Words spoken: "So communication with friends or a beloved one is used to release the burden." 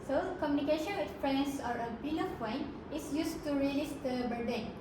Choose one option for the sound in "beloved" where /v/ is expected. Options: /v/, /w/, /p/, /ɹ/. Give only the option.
/p/